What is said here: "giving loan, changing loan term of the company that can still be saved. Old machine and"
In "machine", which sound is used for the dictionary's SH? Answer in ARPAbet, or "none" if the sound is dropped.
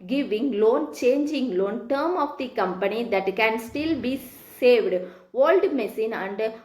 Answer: S